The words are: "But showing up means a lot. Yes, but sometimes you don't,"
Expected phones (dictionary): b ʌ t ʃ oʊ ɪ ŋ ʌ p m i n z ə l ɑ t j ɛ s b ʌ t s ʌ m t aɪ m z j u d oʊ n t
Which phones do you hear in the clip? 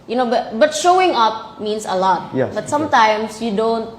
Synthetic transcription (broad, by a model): b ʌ t ʃ oʊ ɪ ŋ ʌ p m i n s ə l ɑ t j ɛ b ʌ t s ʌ m t aɪ m s j u d oʊ n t